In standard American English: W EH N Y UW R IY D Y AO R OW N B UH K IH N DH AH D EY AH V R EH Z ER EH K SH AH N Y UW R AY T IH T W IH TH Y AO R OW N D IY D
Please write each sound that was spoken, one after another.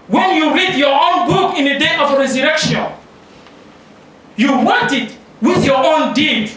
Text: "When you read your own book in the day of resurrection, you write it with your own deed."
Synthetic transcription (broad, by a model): W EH N Y UW R IY D Y AO R OW N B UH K IH N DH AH D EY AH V R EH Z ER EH K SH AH N Y UW W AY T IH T W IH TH Y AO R OW N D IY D